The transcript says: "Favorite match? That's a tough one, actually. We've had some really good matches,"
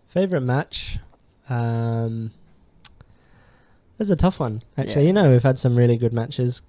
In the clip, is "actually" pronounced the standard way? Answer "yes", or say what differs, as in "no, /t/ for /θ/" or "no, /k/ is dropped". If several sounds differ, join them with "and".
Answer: no, /n/ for /l/